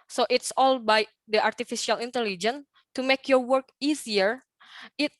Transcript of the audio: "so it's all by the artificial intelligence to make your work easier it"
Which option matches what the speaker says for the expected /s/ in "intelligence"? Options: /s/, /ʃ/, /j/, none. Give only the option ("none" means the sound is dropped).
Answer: none